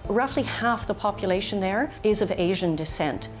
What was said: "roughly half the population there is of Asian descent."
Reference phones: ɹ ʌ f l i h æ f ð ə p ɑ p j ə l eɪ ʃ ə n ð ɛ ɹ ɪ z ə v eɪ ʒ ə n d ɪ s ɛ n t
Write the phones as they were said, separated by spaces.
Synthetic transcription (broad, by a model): ɹ ʌ f l i h æ f ð ə p ɑ p j ə l eɪ ʃ ə n ð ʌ ɹ ɪ z ə v eɪ ʒ ə n d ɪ s ɛ n t